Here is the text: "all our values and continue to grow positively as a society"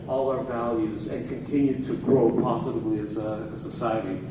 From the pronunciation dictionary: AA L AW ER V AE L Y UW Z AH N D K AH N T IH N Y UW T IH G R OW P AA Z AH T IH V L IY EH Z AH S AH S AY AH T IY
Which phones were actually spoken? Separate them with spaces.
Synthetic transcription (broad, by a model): AA L AW ER V AE L Y UW Z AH N K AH N T IH N Y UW T IH G R OW P AA Z AH T IH V L IY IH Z AH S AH S AY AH T IY